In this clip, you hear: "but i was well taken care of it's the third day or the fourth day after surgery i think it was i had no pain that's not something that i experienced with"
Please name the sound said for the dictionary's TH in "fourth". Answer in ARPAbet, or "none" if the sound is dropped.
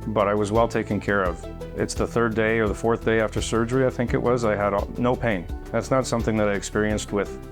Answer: TH